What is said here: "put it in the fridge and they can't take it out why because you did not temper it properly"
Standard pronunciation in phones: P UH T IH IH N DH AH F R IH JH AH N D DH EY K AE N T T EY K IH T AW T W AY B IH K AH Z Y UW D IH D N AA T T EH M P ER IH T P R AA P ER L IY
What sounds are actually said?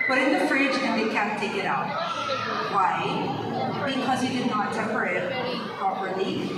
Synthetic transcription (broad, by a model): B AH T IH IH N DH AH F R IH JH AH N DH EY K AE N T T EY K IH T AW T W AY B IH K AH Z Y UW D IH D N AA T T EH P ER IH T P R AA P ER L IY